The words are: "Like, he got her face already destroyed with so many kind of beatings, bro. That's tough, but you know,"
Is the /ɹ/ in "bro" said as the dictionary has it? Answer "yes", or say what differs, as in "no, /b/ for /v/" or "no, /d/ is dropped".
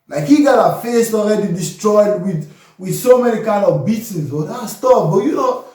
no, /ɹ/ is dropped